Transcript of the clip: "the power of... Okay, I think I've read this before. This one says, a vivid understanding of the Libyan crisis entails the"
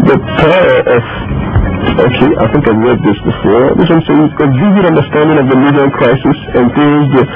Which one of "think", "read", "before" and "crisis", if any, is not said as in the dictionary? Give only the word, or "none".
none